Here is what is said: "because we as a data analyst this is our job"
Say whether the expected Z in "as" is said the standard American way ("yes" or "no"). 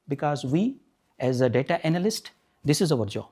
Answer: yes